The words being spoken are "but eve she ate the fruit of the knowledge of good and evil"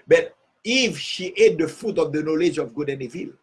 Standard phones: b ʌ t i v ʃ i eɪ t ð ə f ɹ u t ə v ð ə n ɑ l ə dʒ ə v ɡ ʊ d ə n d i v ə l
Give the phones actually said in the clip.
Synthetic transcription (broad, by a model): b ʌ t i f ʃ i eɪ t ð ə f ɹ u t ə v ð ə n ɑ l ə dʒ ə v ɡ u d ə n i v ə l